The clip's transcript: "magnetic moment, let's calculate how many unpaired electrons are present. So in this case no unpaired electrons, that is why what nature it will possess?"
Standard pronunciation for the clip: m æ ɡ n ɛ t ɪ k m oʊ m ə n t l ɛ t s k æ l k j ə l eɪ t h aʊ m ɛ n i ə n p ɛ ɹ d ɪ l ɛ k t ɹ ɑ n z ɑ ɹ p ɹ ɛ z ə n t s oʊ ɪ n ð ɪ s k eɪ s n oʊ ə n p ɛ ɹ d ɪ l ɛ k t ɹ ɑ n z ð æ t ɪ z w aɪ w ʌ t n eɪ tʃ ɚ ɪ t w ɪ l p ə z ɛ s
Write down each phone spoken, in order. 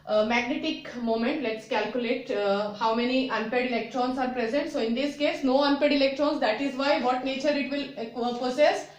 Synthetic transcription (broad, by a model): m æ ɡ n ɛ t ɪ k m oʊ m ə n t l ɛ t s k æ l k j ə l eɪ t h aʊ m ɛ n i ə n p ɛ d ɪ l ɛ k t ɹ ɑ n s ɑ ɹ p ɹ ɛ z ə n t s oʊ ɪ n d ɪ s k eɪ s n oʊ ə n p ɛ d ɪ l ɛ k t ɹ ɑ n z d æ t ɪ z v aɪ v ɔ t n eɪ tʃ ɚ ɪ t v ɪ l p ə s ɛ s